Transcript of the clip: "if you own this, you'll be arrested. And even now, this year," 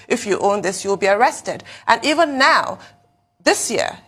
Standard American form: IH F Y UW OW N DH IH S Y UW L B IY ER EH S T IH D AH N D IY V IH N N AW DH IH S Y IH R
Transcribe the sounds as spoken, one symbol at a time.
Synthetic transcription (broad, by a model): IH F Y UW OW N DH IH S Y UW L B IY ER EH S T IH D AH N IY V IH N N AW DH IH S Y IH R